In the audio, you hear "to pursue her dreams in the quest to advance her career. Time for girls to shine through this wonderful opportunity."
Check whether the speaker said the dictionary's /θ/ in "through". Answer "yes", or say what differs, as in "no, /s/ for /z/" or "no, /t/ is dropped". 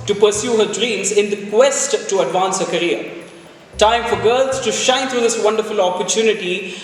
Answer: no, /t/ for /θ/